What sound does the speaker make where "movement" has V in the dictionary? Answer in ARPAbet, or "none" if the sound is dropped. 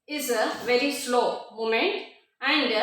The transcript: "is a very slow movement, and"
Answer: none